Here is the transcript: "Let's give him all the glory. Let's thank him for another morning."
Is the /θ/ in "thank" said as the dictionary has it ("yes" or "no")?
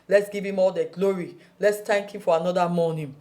no